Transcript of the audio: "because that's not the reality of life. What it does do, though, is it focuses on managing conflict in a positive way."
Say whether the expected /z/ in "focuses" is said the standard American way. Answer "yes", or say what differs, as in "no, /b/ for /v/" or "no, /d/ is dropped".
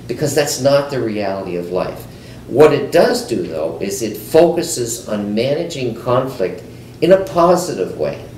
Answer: yes